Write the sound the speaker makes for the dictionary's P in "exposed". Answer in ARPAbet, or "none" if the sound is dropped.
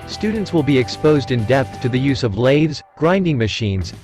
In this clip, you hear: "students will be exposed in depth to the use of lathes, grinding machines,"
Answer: P